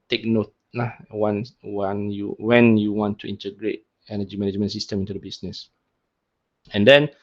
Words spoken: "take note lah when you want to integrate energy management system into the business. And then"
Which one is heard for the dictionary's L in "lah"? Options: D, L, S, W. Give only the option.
W